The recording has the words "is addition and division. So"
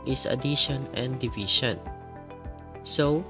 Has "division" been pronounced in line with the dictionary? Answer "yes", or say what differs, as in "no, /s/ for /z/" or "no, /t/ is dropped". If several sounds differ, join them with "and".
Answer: no, /ʃ/ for /ʒ/